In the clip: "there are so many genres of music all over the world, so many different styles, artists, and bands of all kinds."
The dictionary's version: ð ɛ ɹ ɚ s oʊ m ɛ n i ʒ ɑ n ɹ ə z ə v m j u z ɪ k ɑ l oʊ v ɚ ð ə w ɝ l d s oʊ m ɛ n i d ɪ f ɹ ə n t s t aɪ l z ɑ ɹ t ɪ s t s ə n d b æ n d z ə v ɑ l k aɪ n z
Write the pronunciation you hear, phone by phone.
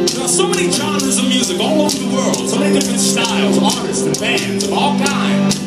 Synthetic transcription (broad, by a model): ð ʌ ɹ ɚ s oʊ m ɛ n i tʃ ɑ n ə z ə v m j u z ɪ k ɑ l oʊ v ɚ ð ə w ɝ l d s oʊ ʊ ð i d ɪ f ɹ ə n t s t aɪ l z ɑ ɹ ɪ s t ə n b æ n d z ə v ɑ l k aɪ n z